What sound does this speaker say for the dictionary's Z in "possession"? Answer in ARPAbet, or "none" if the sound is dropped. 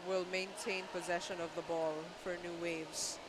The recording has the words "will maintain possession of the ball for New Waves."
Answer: Z